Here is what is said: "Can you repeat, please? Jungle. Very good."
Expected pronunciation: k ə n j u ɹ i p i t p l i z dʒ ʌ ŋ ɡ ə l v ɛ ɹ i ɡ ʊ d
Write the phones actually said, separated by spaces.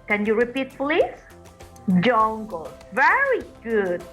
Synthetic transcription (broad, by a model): k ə n j u ɹ i p i t f l i dʒ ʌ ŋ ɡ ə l v ɛ ɹ i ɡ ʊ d